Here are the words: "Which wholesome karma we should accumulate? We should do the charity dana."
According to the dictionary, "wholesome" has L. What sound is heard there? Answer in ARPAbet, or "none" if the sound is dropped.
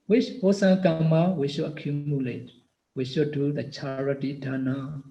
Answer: none